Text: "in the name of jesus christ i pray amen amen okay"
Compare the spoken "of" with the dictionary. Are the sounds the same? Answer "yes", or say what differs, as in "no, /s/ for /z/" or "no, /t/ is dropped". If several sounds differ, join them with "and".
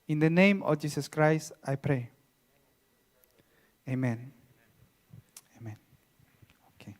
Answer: no, /f/ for /v/